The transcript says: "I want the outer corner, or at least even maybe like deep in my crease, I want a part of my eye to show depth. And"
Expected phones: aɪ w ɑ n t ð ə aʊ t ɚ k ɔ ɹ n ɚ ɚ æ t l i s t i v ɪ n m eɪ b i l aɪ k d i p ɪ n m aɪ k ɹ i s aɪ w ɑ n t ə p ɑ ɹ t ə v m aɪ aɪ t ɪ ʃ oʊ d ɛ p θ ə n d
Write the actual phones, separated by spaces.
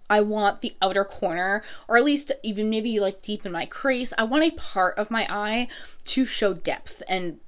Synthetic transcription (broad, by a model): aɪ w ɑ n ð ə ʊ t ɚ k ɔ ɹ n ɚ ɚ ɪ t l i s t i v ɪ n m eɪ b i l aɪ k d i p ɪ n m aɪ k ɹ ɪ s aɪ w ɑ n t ə p ɑ ɹ t ə v m aɪ aɪ t ɪ ʃ oʊ d ɛ p θ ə n